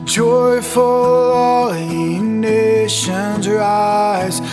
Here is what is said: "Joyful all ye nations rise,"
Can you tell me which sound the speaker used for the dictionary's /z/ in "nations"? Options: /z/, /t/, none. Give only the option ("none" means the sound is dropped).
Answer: /z/